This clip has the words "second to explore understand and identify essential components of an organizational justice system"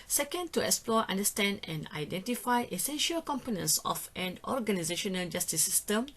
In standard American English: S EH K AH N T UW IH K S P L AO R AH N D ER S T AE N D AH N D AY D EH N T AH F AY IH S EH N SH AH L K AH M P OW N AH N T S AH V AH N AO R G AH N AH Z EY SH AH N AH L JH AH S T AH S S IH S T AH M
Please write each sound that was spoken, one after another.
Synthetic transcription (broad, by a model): S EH K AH N T UW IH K S P L AO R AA N D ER S T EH N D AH N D AY D EH N T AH F AY IH S EH N SH AH L K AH M P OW N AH N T S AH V AH N AO R G AH N AH Z EY SH AH N AH L JH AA S T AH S S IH S T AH M